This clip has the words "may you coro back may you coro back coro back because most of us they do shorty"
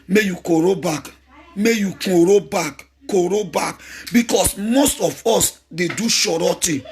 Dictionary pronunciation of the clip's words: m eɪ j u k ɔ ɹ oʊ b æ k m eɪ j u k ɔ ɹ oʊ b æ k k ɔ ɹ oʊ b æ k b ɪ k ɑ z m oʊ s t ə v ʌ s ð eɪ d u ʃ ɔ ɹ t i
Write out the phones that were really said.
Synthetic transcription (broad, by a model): m eɪ j u k ɔ ɹ oʊ b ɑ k m eɪ j u k ɔ ɹ oʊ b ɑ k k ɔ ɹ oʊ b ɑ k b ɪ k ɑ s m oʊ s t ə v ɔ s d eɪ d u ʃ ɔ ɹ t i